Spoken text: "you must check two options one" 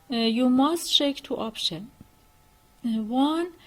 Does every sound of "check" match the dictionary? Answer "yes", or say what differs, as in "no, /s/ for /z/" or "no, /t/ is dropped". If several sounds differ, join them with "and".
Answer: no, /ʃ/ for /tʃ/